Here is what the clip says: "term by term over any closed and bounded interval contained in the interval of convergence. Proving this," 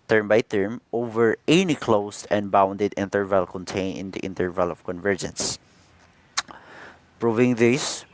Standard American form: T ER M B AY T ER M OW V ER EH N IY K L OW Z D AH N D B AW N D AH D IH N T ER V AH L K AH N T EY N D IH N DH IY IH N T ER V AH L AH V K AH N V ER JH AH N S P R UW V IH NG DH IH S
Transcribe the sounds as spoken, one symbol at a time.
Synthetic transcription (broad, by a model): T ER M B AY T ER M OW V ER EH N IY K L OW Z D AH N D B AW N D AH D IH N T ER V AH L K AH N T EY N IH N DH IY IH N T ER V AH L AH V K AH N V ER JH AH N S P R UW V IH NG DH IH S